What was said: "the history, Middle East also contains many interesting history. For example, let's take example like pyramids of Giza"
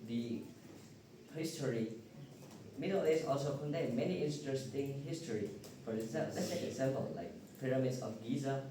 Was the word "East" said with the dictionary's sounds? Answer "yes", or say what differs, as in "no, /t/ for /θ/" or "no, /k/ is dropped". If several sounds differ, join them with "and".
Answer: no, /t/ is dropped